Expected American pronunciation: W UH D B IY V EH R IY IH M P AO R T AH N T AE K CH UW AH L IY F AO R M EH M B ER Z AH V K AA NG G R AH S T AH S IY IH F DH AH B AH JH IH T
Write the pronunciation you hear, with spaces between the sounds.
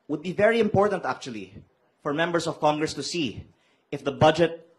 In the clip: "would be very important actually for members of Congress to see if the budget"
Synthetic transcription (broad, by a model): W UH D B IY V EH R IY IH M P AO R T AH N T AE K CH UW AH L IY F AO R M EH M B ER S AH V K AA NG G R AH S T AH S IY IH F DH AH B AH JH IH T